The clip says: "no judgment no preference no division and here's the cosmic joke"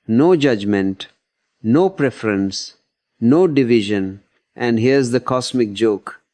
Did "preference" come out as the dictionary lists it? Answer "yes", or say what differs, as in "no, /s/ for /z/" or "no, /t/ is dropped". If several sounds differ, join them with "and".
yes